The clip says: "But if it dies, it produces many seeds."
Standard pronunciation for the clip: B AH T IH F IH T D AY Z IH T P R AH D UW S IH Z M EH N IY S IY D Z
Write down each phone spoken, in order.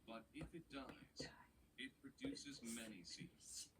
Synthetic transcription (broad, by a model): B AH T IH F IH T D AY Z IH T P R AH D UW S IH Z M EH N IY S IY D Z